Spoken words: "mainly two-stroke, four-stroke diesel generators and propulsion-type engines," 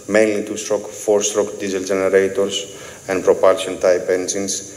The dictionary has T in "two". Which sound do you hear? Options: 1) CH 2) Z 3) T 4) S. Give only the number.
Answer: 3